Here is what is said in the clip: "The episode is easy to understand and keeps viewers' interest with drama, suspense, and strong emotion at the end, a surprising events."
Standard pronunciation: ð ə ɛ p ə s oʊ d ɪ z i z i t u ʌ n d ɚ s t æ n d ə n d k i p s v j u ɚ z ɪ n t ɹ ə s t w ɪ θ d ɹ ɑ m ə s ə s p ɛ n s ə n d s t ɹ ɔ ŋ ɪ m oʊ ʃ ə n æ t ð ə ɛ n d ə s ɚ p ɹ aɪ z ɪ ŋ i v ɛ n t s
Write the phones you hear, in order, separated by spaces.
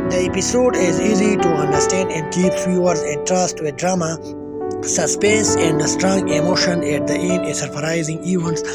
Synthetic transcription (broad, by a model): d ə ɛ p ə s oʊ d ɪ z i z i t u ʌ n d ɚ s t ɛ n d ə n d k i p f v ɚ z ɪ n t ɹ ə s t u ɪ d ɹ ɑ m ə s ə s p ɛ n s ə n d s t ɹ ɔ ŋ ɪ m oʊ ʃ ə n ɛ t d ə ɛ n ə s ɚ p ɹ aɪ z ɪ ŋ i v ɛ n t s